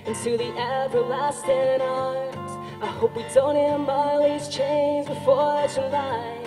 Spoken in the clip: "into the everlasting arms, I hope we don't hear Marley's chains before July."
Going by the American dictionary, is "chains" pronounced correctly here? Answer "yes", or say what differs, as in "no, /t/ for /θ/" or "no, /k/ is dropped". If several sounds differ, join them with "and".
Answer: yes